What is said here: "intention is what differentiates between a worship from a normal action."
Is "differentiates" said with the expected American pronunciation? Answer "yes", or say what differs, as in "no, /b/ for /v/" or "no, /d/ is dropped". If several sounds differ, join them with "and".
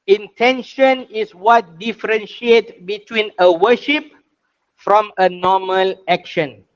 no, /s/ is dropped